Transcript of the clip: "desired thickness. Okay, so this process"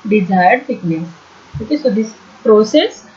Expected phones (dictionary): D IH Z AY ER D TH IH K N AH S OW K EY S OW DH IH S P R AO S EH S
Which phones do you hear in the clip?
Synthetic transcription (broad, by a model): D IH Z AY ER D F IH K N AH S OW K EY S OW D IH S P R AO S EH S